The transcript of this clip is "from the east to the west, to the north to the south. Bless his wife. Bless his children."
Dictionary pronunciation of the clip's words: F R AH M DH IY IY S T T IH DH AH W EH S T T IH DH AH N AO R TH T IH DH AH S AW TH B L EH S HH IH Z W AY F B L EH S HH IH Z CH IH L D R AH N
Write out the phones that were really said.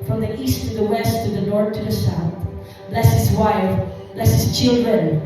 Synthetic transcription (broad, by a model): F R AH M DH IY IY S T T IH DH AH W EH S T T IH DH AH N AO R TH T IH DH AH S AW TH B L EH S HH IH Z W AY F B L EH S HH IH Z CH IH L D R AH N